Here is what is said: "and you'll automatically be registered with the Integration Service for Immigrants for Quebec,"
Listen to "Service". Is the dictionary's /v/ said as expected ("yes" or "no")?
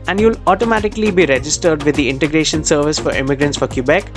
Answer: yes